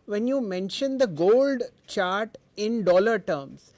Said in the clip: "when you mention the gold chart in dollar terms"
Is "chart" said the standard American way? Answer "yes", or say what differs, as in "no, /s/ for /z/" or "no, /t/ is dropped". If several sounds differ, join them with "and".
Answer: yes